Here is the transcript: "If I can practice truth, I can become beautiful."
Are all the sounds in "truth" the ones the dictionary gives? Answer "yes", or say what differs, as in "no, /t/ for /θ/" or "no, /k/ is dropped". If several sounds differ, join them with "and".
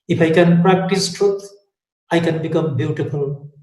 no, /t/ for /θ/